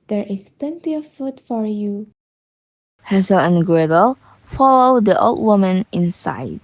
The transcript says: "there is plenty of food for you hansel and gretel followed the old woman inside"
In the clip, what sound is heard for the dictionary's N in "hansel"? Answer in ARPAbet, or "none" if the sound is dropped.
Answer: none